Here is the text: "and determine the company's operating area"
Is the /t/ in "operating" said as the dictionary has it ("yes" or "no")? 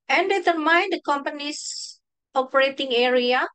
yes